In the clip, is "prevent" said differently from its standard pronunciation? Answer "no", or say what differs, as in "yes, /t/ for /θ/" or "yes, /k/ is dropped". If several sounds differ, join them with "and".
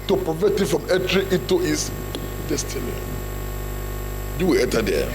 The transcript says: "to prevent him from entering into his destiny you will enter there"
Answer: yes, /n/ is dropped